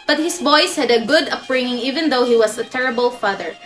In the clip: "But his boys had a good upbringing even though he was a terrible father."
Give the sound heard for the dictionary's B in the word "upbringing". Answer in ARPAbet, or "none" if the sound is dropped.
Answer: none